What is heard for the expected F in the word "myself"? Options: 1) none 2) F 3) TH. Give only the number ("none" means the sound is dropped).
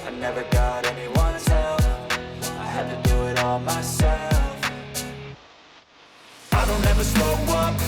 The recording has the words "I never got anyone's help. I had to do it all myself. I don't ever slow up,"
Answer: 2